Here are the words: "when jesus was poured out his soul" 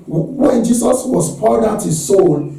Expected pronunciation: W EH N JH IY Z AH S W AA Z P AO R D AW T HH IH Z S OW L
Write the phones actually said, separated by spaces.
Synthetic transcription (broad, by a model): W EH N JH IY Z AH S W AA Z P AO L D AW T HH IH Z S OW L